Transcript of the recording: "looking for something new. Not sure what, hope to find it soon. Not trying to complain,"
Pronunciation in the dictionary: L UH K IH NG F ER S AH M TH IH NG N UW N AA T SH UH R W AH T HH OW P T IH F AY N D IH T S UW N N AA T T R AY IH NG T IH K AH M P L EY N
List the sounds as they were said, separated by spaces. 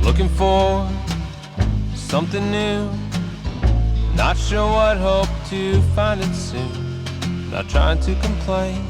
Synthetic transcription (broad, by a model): L UH K IH NG F ER S AH M TH IH NG N UW N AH T SH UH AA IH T HH OW P T IH F AY N D IH T S UW N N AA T T R AY IH NG T IH K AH M P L EY N